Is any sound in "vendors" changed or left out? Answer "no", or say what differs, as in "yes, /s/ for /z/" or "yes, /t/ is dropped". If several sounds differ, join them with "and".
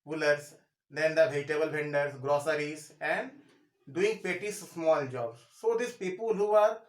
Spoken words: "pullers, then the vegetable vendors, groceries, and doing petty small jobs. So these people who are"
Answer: yes, /b/ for /v/